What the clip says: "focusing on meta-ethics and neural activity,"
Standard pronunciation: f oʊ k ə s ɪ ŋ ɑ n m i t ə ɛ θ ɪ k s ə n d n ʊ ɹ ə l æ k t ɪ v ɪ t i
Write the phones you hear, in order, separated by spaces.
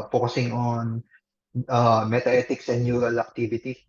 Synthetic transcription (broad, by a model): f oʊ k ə s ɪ ŋ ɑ n m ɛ t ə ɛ t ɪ k s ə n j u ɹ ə l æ k t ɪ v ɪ t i